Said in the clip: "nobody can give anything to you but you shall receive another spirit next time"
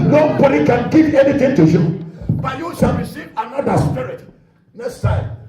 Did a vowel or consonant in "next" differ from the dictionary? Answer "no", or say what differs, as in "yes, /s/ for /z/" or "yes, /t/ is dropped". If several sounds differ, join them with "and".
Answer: yes, /k/ is dropped